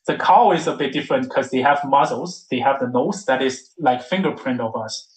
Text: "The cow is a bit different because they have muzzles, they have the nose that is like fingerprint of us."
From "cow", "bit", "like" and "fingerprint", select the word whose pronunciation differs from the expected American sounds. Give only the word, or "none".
none